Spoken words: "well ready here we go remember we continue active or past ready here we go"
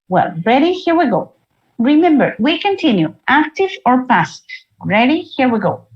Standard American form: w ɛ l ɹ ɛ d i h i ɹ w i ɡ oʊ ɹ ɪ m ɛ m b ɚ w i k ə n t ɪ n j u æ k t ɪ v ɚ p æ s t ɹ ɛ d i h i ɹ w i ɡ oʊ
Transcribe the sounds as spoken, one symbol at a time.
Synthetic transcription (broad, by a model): w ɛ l ɹ ɛ d i h i ɹ w i ɡ oʊ ɹ ɪ m ɛ m b ɚ w i k ə n t ɪ n j u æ k t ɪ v ɚ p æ s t ɹ ɛ d i h i ɹ w i ɡ oʊ